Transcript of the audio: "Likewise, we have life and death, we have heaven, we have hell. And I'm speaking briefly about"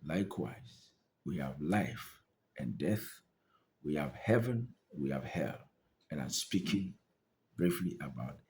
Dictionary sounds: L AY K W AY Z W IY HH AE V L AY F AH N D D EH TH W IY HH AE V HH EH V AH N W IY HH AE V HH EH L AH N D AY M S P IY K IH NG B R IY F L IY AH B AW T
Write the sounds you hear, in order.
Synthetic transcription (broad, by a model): L AY K W AY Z W IY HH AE V L AY F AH N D D EH TH W IY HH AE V HH EH V AH N W IY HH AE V HH EH L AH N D AY M S P IY K IH NG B R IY F L IY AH B AW T